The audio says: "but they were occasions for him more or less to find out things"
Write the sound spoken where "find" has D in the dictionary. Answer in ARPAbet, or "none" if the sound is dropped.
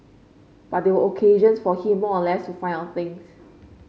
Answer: none